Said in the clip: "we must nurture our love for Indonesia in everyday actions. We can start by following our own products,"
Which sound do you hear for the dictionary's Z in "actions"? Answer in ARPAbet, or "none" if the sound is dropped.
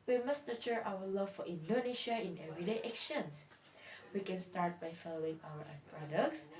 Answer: S